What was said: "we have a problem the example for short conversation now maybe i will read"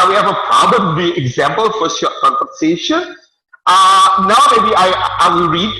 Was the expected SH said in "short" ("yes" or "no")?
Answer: no